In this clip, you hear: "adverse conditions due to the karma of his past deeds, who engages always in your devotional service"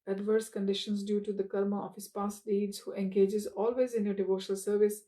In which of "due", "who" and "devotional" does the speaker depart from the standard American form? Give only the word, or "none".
none